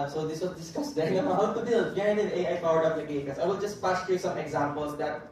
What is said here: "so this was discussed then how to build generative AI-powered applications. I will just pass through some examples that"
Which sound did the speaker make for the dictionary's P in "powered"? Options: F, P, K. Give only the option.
F